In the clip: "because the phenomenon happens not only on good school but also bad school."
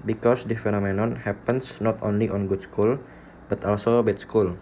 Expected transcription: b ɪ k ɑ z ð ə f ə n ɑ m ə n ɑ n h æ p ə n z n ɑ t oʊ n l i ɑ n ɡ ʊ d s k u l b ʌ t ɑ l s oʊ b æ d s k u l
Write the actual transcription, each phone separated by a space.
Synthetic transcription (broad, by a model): b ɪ k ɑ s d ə f ə n ɑ m ə n ɑ n h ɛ p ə n s n ɑ t oʊ n l i ɑ n ɡ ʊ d s k u l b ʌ t ɑ l s oʊ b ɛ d s k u l